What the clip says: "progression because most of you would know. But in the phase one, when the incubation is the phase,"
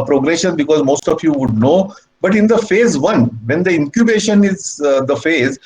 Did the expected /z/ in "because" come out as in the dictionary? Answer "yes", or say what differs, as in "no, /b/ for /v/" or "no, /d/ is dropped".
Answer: yes